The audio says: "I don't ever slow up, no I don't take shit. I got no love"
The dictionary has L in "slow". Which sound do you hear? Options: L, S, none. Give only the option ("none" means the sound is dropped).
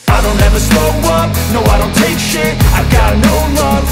none